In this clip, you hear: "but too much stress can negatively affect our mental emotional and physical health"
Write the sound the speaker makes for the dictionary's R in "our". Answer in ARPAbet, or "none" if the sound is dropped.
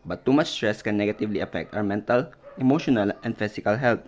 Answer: W